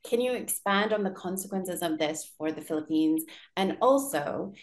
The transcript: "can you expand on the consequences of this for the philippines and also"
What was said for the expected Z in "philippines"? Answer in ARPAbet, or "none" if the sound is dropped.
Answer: Z